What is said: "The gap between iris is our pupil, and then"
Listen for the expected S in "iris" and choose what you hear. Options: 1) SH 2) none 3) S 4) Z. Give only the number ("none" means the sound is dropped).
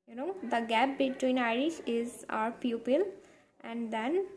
1